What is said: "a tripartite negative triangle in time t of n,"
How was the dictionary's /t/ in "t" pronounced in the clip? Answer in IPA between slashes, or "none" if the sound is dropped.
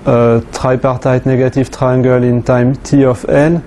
/t/